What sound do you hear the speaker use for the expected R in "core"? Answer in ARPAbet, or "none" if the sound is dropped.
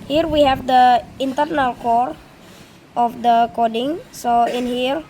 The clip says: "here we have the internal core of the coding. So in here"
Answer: R